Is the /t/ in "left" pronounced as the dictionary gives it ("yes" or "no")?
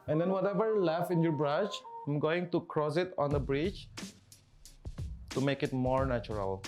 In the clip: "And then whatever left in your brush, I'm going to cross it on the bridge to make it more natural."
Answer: no